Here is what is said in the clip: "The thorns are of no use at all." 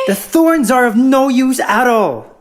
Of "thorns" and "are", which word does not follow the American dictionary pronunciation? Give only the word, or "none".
none